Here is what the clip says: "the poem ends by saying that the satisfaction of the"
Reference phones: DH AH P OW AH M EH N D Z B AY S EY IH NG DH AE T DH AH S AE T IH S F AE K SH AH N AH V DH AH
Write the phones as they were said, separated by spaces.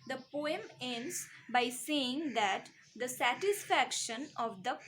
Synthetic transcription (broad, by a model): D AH P OW AH M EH N D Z B AY S EY IH NG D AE T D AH S AE T IH S F AE K SH AH N AH V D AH